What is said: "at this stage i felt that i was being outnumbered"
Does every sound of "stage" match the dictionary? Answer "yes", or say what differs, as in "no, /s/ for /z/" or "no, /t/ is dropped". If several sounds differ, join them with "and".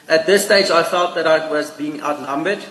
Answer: yes